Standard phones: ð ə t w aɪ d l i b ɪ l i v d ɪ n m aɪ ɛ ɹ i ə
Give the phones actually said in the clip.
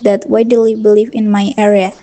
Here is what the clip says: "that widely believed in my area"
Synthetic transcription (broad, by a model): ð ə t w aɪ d l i b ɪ l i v ɪ n m aɪ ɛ ɹ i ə